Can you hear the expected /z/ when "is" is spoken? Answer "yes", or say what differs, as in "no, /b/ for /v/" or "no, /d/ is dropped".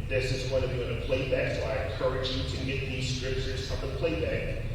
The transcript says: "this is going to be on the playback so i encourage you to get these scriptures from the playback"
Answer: yes